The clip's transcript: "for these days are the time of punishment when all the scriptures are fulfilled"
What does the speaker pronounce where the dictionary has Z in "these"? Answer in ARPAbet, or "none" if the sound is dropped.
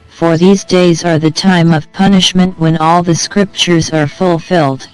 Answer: Z